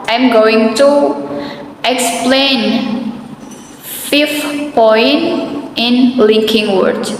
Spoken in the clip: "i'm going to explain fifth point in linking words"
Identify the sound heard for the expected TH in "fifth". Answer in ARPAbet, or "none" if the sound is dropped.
F